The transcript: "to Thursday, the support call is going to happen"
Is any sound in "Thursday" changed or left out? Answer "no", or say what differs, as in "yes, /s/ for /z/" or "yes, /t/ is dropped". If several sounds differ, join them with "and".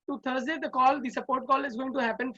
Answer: yes, /t/ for /θ/